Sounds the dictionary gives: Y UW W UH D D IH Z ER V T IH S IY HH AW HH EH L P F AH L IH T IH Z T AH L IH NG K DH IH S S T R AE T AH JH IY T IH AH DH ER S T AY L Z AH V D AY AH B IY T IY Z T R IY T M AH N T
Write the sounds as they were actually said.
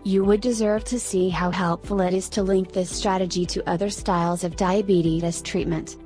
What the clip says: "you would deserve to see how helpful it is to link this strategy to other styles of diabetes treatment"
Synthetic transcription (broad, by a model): Y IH W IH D D IH Z ER V T IH S IY HH AW HH EH L P F L IH T IH Z T AH L IH NG K DH IH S S T R AE T AH JH IY T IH AH DH ER S T AY L Z AH V D AY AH B IY T IY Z T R IY T M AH N T